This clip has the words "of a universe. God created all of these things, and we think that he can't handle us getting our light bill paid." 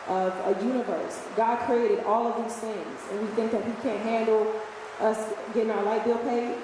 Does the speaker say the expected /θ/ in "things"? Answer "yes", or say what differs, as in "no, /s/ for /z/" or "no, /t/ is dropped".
yes